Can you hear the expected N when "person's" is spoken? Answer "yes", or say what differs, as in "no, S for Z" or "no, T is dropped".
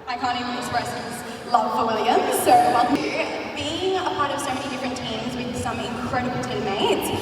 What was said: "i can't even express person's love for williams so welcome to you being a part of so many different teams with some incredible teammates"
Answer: no, N is dropped